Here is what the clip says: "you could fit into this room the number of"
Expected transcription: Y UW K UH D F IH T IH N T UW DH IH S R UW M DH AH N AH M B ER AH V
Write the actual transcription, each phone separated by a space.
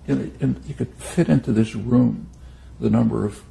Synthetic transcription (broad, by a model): Y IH K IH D F IH T IH N T UW DH IH S R UW M DH AH N AH M B ER AH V